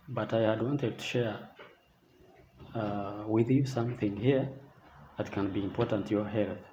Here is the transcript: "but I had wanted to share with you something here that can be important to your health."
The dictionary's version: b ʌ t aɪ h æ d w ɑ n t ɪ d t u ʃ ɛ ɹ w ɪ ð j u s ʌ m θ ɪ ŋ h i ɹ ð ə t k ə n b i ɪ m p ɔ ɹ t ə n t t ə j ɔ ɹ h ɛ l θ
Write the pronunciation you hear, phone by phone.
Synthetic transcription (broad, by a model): b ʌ t aɪ h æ d w ɑ n t ɪ d t u ʃ ɛ ɹ w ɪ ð j u s ʌ m θ ɪ ŋ h i ɹ ð ə t k ə n b i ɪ m p ɔ ɹ t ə n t t j ɔ ɹ h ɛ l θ